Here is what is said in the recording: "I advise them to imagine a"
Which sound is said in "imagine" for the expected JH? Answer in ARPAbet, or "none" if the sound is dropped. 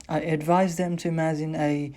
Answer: Z